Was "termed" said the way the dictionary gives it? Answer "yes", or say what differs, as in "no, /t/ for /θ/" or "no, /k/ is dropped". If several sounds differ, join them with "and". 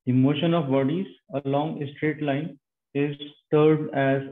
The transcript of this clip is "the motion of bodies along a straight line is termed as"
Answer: no, /m/ is dropped